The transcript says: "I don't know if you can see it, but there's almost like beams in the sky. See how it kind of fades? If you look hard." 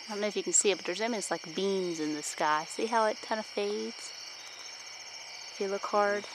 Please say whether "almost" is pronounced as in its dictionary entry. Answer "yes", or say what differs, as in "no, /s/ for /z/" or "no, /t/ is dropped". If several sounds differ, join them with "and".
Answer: no, /l/ is dropped